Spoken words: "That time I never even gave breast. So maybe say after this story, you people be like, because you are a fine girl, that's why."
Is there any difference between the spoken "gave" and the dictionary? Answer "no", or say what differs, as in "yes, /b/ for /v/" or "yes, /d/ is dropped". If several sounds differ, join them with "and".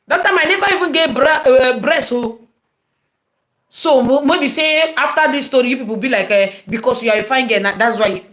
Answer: yes, /b/ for /v/